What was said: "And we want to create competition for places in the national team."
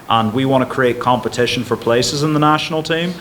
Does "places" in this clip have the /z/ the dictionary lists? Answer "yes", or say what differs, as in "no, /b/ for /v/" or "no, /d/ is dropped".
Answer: yes